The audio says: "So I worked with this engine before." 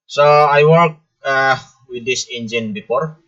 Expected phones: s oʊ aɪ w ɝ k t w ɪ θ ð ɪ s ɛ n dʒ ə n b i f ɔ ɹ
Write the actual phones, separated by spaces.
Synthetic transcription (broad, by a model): s oʊ aɪ w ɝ t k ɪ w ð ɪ s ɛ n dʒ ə n b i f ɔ ɹ